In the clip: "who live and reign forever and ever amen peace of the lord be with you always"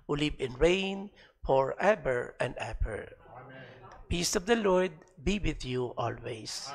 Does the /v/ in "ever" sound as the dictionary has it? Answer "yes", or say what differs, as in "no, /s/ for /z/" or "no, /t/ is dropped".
no, /b/ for /v/